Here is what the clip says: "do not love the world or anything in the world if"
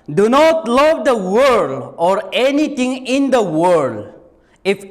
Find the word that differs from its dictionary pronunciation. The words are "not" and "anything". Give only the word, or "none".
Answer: anything